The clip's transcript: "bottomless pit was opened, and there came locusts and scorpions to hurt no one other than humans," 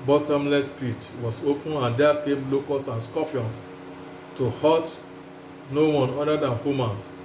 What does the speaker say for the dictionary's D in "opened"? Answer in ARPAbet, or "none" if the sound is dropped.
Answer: none